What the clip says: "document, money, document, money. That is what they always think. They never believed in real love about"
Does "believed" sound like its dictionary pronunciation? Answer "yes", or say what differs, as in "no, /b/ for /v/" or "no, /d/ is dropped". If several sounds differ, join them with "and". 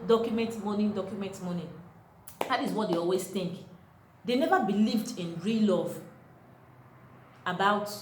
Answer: yes